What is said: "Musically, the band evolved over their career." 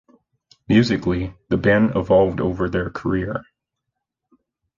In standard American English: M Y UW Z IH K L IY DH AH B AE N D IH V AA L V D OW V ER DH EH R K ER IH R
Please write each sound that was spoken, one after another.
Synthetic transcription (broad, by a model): M Y UW Z IH K L IY DH AH B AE N IH V AA L V D OW V ER DH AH R K ER IH R